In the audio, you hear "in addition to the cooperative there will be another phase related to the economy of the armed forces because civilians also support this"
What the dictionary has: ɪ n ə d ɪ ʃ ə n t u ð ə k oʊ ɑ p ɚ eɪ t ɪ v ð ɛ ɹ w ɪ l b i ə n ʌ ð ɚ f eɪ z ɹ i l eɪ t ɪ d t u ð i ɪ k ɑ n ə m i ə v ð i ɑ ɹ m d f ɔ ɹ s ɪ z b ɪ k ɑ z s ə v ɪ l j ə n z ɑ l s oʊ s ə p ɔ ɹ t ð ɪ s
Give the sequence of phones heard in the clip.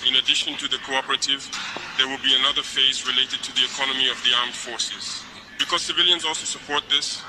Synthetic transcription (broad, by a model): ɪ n ə d ɪ ʃ ə n t u ð ə k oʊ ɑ p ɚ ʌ t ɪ v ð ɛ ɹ w ɪ l b i ə n ʌ ð ɚ f eɪ z ɹ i l eɪ t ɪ d t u ð i ɪ k ɑ n ə m i ə v ð i ɑ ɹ m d f ɔ ɹ s ɪ z b ɪ k ɑ z s ə v ɪ l j ə n z ɑ l s oʊ s ə p ɔ ɹ t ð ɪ s